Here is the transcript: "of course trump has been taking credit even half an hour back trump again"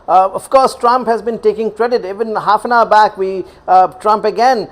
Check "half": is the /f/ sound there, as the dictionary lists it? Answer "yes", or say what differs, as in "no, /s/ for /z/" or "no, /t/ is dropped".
yes